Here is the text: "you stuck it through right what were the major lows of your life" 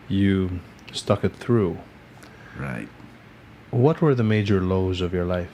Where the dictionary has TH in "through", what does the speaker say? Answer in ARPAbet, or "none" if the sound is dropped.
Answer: TH